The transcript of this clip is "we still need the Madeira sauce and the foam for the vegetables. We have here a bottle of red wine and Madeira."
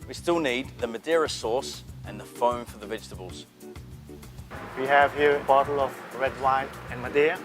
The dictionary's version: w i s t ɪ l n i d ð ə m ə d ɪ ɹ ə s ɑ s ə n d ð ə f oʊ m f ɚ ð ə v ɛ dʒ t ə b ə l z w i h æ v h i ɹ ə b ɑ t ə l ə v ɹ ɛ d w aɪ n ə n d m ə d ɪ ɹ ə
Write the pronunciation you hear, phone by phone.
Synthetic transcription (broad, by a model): w i s t ɪ l n i d ð ə m ə d ɪ ɹ ə s ɑ s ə n ð ə f oʊ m f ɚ ð ə v ɛ dʒ t ə b ə l z w i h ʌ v h i ɹ ə b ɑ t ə l ə v ɹ ɛ d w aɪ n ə n m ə d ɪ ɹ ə